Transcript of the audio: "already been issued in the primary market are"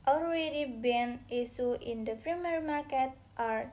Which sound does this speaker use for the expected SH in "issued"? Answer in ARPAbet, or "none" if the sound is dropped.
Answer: S